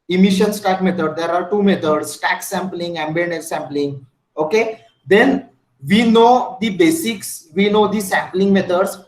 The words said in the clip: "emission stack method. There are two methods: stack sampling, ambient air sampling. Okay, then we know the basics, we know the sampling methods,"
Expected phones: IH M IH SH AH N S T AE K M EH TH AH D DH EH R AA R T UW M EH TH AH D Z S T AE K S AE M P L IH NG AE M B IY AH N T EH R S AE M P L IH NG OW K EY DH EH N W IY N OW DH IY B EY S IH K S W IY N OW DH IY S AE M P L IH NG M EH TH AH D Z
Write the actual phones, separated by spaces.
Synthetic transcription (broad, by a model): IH M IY SH AH N S T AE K M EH T AH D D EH R AA R T UW M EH T AH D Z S T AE K S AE M P L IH NG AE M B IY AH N EH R S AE M P L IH NG OW K EY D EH N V IY N OW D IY B EY S IH K S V IY N OW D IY S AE M P L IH NG M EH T AH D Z